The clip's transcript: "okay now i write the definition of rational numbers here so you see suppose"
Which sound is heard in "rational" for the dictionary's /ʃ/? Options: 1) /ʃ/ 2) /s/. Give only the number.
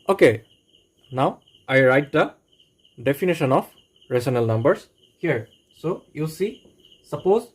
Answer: 2